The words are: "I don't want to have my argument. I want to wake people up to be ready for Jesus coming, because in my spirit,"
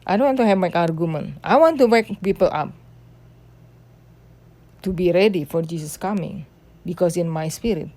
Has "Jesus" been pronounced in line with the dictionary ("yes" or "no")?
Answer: no